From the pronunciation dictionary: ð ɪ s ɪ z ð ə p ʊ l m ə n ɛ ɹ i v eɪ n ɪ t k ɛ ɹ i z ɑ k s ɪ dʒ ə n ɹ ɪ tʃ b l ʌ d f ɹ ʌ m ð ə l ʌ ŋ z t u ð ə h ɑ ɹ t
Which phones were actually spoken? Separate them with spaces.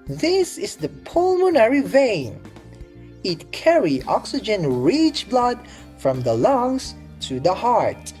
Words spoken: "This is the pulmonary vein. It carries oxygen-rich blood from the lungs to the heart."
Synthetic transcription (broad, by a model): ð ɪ s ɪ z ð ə p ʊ l m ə n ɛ ɹ i v eɪ n ɪ t k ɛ ɹ i ɑ k s ɪ dʒ ə n ɹ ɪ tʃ b l ʌ d f ɹ ʌ m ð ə l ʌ ŋ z t u ð ə h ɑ ɹ t